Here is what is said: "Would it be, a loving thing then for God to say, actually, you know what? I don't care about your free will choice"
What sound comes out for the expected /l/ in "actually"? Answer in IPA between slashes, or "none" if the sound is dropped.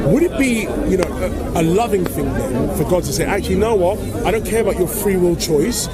none